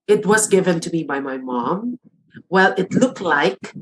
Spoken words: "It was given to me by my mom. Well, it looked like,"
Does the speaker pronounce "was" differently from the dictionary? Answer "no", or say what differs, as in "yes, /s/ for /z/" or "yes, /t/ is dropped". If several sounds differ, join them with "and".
no